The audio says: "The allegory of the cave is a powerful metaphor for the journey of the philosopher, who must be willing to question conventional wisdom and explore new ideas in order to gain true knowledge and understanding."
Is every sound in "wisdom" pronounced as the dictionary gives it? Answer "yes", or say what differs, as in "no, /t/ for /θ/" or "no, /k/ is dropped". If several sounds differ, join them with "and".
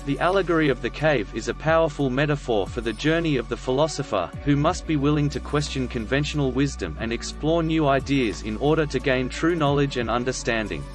yes